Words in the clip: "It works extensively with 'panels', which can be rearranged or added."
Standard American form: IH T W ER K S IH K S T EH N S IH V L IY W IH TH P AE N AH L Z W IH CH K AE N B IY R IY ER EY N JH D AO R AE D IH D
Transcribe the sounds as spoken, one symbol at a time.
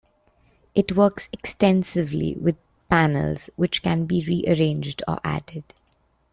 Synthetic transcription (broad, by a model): IH T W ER K S IH K S T EH N S IH V L IY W IH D P AE N AH L Z W IH CH K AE N B IY R IY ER EY N JH D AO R AE D IH D